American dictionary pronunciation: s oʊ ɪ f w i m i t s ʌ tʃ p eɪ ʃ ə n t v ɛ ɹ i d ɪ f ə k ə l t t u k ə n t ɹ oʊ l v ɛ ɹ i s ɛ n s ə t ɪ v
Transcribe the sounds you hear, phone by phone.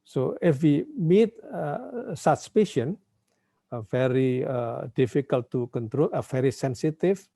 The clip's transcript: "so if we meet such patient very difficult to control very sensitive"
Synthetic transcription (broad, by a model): s oʊ ɪ f w i m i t s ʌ s p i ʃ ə n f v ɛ ɹ i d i f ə k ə l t t u k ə n t ɹ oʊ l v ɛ ɹ i s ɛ n s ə t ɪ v